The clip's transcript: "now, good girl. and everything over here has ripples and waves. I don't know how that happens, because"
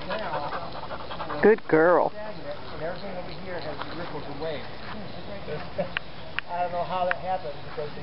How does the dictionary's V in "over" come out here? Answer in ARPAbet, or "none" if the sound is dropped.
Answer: W